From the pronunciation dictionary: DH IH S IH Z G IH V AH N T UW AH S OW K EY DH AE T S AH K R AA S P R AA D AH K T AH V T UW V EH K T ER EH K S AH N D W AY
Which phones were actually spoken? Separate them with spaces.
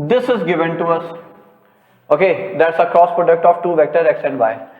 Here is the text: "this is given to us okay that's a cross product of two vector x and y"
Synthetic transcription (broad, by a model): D IH S IH Z G IH V AH N T UW AH S OW K EY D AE T S AH K R AA S P R AA D AH K T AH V T UW V EH K T ER EH K S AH N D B AY